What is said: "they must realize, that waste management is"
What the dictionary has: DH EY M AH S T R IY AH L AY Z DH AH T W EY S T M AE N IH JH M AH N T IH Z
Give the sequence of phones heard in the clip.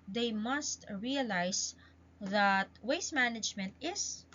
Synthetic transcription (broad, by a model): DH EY M AH S T R IY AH L AY S DH AH T W EY S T M AE N IH JH M AH N T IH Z